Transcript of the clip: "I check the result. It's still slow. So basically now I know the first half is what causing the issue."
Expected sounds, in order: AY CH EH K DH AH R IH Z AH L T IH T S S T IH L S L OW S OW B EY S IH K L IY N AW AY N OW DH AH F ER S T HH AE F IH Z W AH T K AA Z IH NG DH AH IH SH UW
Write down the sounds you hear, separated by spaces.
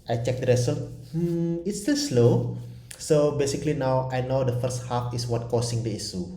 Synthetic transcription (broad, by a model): AY CH EH K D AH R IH S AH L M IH T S S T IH L S L OW S OW B EY S IH K L IY N AW AY N OW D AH F ER S T HH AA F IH S W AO T K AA S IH NG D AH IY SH UW